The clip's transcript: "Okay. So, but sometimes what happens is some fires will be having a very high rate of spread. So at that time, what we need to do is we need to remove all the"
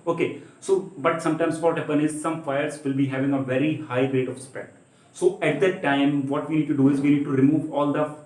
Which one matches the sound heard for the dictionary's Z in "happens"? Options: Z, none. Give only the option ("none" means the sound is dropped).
none